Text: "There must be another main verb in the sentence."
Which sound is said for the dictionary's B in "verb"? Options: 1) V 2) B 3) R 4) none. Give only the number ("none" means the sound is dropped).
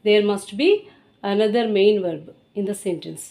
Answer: 2